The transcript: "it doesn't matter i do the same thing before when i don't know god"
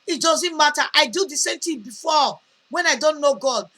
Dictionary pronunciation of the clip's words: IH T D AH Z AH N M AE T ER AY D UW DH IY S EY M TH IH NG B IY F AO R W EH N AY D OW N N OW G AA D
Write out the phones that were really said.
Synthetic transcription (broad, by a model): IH T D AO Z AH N M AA T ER AY D UW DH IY S EY M T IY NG B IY F AO W EH N AY D OW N N OW G AA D